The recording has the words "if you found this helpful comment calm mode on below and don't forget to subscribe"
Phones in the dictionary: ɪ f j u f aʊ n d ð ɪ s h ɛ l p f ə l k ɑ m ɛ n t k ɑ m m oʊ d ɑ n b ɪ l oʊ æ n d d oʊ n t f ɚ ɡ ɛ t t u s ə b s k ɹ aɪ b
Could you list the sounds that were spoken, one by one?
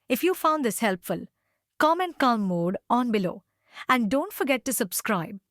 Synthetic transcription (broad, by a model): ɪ f j u f aʊ n d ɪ s h ɛ l p f ə l k ɑ m ɛ n t k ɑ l m oʊ d ɑ n b ɪ l oʊ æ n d d oʊ n t f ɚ ɡ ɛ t t u s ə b s k ɹ aɪ b